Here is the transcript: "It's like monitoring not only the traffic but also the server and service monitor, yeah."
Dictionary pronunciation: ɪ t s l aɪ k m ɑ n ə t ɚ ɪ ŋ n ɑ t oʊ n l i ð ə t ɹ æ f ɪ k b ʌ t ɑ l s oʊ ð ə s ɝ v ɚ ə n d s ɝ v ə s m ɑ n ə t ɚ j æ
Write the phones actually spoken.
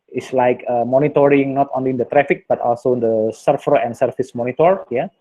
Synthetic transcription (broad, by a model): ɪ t s l aɪ k m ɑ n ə t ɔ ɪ ŋ n ɑ t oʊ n l i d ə t ɹ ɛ f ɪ k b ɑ t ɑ l s oʊ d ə s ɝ f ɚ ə n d s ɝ f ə s m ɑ n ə t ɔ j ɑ